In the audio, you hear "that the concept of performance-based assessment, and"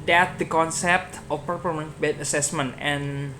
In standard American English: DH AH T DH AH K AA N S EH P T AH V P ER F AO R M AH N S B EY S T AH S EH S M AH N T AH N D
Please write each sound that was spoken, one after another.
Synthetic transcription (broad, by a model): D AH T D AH K AA N S EH P T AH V P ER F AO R M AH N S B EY T AH S EH S M AH N T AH N